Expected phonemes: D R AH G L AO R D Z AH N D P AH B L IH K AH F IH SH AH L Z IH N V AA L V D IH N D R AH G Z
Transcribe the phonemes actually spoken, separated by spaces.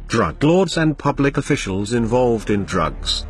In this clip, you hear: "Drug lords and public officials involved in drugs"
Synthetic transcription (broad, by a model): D R AH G L AO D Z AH N P AH B L IH K AH F IH SH AH L Z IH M V AA L V D IH N D R AH G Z